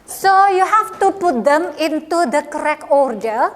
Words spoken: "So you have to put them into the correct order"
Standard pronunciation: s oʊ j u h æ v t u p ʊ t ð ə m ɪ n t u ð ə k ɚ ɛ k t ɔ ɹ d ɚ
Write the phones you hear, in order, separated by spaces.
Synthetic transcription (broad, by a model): s oʊ j u h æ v t u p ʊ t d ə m ɪ n t u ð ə k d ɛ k ɔ ɹ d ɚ